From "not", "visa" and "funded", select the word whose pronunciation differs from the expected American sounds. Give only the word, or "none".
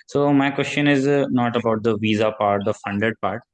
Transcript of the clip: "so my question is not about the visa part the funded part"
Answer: none